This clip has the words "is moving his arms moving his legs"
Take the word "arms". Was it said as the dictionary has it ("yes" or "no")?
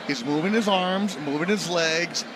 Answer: yes